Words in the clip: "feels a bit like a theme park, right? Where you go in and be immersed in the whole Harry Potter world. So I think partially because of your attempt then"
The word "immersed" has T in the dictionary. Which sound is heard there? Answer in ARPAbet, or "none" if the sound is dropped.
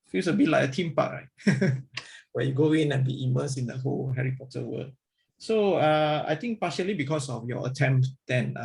none